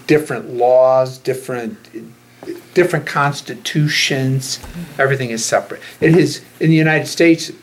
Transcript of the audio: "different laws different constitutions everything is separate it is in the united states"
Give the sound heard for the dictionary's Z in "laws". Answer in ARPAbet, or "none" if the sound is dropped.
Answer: Z